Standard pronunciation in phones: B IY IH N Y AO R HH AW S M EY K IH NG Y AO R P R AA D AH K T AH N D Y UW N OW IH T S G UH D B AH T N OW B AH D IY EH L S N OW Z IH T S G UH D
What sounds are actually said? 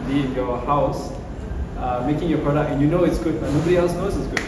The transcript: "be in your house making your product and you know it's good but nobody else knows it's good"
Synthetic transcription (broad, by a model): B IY IH N Y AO HH AW S M EY K IH NG Y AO P R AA D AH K AH N Y UW N OW IH T S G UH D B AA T N OW B AH D IY EH L S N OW S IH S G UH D